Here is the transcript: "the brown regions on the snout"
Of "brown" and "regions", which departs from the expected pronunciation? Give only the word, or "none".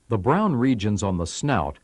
none